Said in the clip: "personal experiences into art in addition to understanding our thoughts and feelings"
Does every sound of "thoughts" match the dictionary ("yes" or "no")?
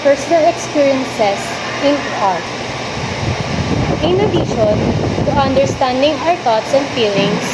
no